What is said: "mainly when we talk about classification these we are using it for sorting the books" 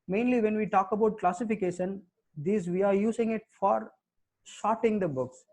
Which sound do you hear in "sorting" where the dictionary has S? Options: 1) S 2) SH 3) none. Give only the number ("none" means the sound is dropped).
2